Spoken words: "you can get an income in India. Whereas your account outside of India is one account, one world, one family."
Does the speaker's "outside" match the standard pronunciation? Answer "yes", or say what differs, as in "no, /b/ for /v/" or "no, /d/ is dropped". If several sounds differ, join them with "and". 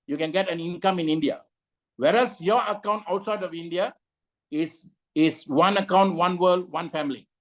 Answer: yes